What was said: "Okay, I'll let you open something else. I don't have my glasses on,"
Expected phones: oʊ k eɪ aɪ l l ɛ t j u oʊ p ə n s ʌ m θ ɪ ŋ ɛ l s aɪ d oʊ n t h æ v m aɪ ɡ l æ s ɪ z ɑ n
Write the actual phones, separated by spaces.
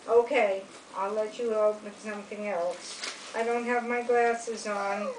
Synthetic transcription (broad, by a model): oʊ k eɪ aɪ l l ɛ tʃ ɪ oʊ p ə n s ʌ m θ ɪ ŋ ɛ l s aɪ d oʊ n t h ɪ v m aɪ ɡ l æ s ɪ z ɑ n